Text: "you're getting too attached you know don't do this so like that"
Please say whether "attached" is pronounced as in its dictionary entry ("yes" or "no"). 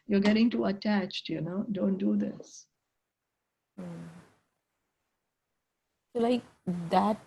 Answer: yes